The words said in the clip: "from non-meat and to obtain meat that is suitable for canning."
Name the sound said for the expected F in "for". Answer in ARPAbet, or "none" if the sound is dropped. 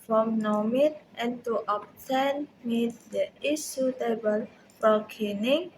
P